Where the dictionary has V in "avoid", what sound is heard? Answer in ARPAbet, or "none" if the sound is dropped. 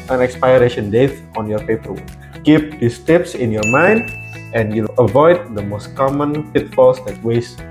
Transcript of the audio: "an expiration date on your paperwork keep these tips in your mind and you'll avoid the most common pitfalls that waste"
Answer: V